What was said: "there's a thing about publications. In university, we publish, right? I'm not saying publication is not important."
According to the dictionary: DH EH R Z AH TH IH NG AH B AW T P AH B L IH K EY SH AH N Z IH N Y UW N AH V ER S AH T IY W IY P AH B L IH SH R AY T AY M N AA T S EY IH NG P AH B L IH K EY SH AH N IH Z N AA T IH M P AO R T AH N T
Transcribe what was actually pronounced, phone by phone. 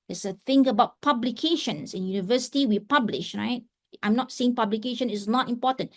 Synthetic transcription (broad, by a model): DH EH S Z AH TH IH NG AH B AW T P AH B L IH K EY SH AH N S IH N Y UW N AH V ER S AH T IY W IY P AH B L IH SH R AY T AY M N AA T S EY IH NG P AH B L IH K EY SH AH N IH S N AA T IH M P AO T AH N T